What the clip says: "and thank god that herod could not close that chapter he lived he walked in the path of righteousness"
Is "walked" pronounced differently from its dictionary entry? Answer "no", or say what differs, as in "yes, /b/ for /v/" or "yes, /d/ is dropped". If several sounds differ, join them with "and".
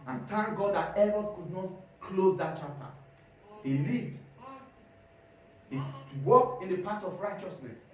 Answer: yes, /t/ is dropped